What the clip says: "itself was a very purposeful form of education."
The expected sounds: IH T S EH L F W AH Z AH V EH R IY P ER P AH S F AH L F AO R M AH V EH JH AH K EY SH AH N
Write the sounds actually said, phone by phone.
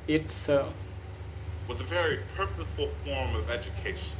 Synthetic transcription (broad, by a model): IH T S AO W AH Z AH V EH R IY P ER P AH S F AH L F AO R M AH V EH JH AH K EY SH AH N